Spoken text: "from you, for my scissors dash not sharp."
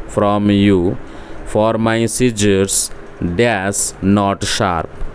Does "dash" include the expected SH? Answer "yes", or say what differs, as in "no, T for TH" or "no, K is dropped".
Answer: no, S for SH